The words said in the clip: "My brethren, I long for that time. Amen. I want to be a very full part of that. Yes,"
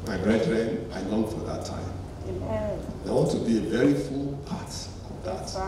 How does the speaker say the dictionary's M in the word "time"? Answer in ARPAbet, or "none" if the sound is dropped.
none